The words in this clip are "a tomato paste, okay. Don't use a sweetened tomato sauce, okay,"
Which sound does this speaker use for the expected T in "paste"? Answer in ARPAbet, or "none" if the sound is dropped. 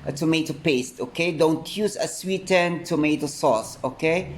T